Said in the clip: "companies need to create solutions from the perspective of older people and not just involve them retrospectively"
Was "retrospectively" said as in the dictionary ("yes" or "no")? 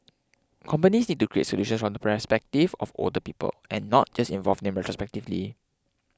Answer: yes